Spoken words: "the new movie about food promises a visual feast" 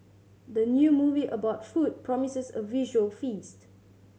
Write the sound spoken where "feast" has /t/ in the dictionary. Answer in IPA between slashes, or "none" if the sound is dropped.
/t/